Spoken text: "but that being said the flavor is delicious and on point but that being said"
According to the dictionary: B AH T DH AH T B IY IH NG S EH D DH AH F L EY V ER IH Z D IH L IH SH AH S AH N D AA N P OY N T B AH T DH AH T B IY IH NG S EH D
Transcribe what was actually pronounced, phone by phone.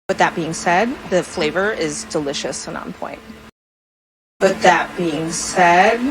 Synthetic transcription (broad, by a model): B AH T DH AH T B IY IH NG S EH D DH AH F L EY V ER IH Z D IH L IH SH AH S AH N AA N P OY N T B AH T DH AH T B IY IH NG S EH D